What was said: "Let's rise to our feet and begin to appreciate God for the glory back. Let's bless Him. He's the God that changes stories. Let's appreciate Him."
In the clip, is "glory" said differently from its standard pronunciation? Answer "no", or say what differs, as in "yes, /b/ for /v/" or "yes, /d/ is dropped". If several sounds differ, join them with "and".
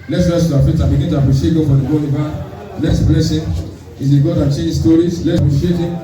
yes, /l/ is dropped